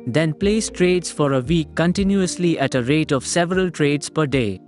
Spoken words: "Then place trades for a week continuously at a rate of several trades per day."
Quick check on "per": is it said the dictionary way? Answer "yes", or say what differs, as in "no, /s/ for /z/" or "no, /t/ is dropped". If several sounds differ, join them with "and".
yes